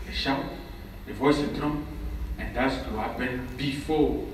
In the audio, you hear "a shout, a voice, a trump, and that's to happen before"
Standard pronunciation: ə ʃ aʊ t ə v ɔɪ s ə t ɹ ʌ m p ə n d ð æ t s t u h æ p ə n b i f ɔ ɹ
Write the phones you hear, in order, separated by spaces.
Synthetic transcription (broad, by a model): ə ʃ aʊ ə v ɔɪ s ə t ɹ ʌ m ə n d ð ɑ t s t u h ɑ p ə n b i f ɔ